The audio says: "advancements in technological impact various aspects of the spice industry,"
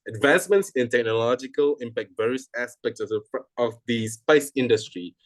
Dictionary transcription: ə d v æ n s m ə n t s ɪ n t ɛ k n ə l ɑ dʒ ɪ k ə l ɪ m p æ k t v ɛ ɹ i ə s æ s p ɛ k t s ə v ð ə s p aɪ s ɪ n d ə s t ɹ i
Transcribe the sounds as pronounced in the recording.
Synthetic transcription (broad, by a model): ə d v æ n s m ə n t s ɪ n t ɛ k n ə l ɑ dʒ ɪ k ə l ɪ m p æ k t v ɛ ɹ i ə s æ s p ɛ k t s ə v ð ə s p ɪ s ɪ n d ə s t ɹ i